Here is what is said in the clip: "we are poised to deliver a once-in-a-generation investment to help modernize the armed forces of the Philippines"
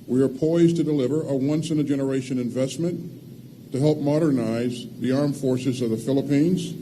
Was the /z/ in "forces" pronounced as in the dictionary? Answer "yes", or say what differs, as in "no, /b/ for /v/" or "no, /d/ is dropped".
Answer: yes